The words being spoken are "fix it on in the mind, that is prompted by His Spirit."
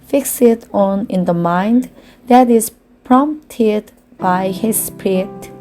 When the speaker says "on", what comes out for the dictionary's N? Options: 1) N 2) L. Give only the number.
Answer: 1